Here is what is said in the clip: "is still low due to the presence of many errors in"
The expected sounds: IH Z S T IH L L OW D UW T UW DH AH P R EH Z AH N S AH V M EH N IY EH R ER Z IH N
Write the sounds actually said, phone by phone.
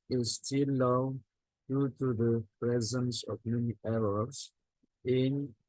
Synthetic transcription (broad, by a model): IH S T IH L L OW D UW T UW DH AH P R EH Z AH N S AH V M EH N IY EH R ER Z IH N